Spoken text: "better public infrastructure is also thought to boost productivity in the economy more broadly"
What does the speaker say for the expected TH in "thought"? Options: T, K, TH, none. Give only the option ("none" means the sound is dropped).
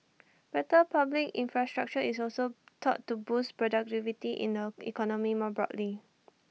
T